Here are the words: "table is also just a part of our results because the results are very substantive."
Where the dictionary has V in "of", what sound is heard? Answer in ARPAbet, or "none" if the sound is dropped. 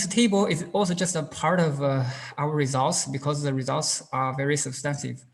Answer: V